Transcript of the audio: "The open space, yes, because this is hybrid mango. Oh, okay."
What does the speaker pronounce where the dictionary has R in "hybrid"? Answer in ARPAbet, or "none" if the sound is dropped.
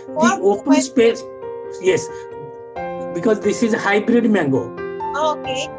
R